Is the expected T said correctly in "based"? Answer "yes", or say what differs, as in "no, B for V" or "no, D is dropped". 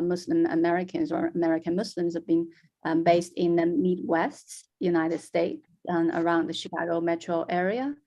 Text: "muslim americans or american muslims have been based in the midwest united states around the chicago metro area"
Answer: yes